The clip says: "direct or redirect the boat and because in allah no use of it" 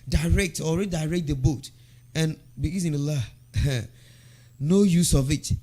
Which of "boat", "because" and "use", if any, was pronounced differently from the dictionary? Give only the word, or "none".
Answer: because